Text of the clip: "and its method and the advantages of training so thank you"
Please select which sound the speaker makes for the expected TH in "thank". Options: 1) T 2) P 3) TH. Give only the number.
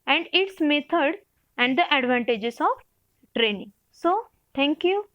1